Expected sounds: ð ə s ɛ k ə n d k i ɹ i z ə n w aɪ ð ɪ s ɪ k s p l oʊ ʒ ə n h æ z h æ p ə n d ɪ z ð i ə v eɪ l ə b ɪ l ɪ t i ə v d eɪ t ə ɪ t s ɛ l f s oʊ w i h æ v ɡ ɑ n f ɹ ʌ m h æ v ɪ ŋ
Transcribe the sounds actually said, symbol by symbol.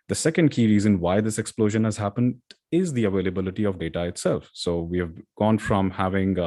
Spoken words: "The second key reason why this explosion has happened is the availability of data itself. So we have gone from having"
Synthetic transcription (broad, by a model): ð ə s ɛ k ə n d k i ɹ i z ə n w aɪ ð ɪ s ɪ k s p l oʊ ʒ ə n h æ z h æ p ə n d ɪ z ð i ə v eɪ l ə b ɪ l ɪ t i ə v d eɪ t ə ɪ t s ɛ l f s oʊ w i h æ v ɡ ɑ n f ɹ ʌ m h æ v ɪ ŋ